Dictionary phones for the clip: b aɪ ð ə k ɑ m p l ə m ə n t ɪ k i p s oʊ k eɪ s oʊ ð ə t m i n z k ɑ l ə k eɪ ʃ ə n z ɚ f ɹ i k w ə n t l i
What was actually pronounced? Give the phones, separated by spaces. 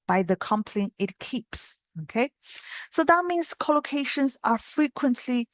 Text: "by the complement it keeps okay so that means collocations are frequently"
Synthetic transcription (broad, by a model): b aɪ ð ə k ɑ m p l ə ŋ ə t k i p s oʊ k eɪ s oʊ ð ə t m i n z k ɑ l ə k eɪ ʃ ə n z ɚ f ɹ i k w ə n t l i